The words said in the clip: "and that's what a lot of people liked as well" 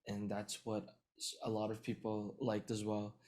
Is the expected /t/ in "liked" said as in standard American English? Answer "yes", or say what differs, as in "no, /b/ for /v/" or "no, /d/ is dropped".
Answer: yes